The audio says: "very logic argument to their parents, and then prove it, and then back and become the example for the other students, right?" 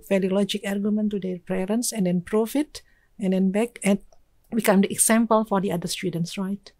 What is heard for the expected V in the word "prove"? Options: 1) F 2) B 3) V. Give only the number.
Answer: 1